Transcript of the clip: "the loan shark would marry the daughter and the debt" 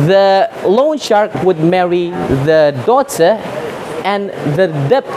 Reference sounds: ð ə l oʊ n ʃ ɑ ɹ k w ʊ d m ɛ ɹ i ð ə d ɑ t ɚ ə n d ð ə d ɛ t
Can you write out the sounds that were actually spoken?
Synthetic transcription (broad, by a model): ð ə l oʊ n ʃ ɑ ɹ k w ʊ d m ɛ ɹ i ð ə d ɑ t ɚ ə n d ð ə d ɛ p